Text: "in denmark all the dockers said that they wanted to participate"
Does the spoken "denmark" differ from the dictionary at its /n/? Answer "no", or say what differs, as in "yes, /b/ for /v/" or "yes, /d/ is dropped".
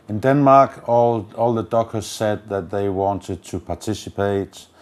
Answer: no